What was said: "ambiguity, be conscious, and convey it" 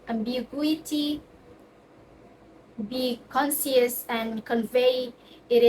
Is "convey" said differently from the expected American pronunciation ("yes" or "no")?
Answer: no